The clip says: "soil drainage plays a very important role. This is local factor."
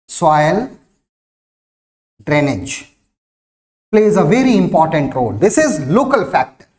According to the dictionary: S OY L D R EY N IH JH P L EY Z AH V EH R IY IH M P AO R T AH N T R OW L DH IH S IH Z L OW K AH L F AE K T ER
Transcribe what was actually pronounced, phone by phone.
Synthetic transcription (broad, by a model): S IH L D R EY N IH JH P L EY Z AH V EH R IY IH M P AO R T AH N T R OW L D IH S IH Z L OW K AH L F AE K T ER